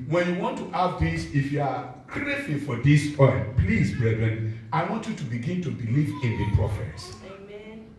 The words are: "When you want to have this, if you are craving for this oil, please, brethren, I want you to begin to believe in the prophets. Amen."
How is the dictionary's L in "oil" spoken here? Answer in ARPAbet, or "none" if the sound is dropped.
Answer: N